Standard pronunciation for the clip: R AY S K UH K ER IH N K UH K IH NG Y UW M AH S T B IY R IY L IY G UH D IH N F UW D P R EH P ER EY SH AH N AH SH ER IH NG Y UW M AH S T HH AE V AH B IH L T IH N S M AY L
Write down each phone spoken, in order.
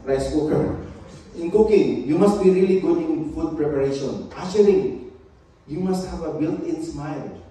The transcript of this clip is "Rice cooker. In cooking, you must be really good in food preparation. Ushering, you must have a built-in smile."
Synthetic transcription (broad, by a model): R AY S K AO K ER IH N K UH K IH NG Y UW M AH S T B IY R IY L IY G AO IH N F UW D P R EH P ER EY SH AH N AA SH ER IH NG Y UW M AH S T HH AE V AH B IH L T IH N S M AY L